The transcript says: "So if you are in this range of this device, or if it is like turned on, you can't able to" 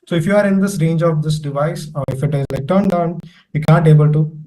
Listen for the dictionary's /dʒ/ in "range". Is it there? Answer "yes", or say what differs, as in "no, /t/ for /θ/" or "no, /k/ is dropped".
yes